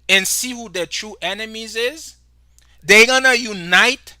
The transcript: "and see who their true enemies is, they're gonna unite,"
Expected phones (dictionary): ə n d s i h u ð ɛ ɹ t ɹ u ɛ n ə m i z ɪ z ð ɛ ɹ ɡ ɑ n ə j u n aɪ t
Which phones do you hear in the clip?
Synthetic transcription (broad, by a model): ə n s i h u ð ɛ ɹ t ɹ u ɛ n ə m i z ɪ z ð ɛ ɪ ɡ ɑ n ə j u n aɪ t